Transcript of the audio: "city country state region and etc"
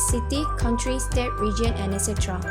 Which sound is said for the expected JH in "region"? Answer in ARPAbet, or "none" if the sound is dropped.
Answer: JH